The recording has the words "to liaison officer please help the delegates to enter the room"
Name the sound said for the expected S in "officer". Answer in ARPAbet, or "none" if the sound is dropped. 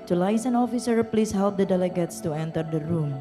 S